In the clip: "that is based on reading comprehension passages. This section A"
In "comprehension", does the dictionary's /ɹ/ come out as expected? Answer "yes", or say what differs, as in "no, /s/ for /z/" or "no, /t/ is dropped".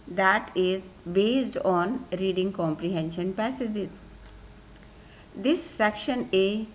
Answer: yes